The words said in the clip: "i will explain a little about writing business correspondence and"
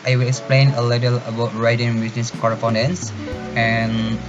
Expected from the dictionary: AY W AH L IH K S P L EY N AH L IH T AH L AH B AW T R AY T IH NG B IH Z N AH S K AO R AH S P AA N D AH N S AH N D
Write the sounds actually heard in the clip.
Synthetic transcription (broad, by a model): AY W AH L IH K S P L EY N AH L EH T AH L AH B AW T R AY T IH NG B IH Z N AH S K AO R AH S P AA N D AH N S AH N